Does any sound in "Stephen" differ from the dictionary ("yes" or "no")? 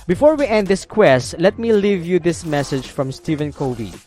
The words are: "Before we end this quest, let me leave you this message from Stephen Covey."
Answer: no